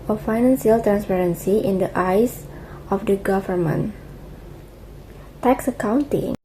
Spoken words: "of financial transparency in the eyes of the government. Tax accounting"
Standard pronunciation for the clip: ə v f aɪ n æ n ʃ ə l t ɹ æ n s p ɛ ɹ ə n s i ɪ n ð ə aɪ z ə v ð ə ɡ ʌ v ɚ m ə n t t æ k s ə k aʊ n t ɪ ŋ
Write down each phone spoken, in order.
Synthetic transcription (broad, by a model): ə f aɪ n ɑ n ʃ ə l t ɹ æ n s p ɛ ɹ ə n s i ɪ n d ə aɪ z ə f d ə ɡ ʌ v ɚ m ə n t t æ k s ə k aʊ n t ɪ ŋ